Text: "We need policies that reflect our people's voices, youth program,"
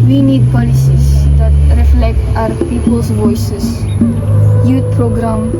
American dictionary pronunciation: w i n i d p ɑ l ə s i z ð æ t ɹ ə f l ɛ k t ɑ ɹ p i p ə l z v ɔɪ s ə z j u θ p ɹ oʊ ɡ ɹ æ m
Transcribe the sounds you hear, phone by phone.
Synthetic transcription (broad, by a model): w i n i d p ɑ l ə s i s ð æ t ɹ ə f l ɛ k t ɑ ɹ p i p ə l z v ɔɪ s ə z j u t p ɹ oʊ ɡ ɹ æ m